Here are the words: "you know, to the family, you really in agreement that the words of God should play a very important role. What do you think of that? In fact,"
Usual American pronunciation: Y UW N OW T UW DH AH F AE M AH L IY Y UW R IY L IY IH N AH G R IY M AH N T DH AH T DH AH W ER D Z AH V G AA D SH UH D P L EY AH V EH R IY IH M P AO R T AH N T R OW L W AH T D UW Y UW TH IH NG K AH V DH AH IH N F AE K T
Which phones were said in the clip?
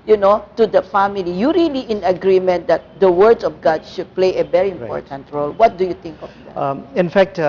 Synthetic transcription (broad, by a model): Y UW N OW T UW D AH F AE M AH L IY Y UW R IY L IY IH N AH G R IY M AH N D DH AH T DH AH W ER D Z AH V G AA D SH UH D P L EY AH V EH R IY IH M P AO R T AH N T R OW L W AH T D UW Y UW T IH NG K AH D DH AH IH N F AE K T